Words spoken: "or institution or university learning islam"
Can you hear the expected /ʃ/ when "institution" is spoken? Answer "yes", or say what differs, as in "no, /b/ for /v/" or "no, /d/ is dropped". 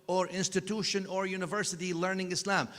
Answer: yes